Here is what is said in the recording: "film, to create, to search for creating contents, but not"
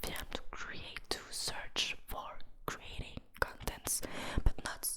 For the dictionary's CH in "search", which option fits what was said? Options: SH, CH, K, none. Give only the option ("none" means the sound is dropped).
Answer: CH